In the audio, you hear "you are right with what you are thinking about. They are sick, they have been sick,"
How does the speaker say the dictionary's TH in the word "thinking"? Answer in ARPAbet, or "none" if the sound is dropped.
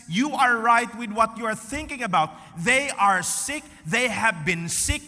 TH